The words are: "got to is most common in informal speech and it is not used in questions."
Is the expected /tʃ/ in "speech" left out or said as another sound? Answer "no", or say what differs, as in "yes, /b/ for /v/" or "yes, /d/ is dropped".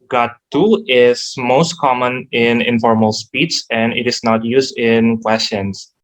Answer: yes, /s/ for /tʃ/